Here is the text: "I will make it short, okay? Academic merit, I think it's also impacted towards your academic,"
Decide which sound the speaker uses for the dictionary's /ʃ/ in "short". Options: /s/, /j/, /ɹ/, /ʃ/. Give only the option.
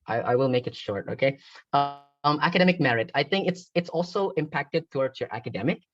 /ʃ/